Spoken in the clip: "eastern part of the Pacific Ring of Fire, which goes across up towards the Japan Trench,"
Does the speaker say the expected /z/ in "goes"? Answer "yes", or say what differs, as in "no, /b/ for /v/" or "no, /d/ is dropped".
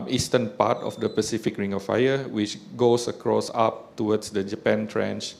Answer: no, /s/ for /z/